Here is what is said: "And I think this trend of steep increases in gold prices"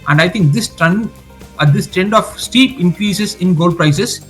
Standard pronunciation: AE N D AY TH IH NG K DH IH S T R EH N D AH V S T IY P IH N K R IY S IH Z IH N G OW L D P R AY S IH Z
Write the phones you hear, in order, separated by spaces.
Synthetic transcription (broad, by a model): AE N D AY T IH NG K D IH S T R EH N D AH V S T IY P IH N K R IY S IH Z IH N G OW L D P R AY S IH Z